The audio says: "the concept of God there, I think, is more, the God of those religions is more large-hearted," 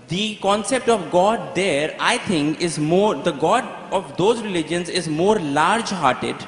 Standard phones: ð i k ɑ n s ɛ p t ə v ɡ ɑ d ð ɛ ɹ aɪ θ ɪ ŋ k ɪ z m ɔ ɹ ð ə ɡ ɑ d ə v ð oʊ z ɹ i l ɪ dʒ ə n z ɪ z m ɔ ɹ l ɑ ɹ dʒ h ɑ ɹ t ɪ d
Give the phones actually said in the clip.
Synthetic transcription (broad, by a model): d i k ɑ n s ɛ p t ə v ɡ ɑ d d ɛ ɹ aɪ t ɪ ŋ k ɪ z m ɔ ɹ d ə ɡ ɑ d ə v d oʊ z ɹ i l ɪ dʒ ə n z ɪ z m ɔ ɹ l ɑ ɹ dʒ h ɑ ɹ t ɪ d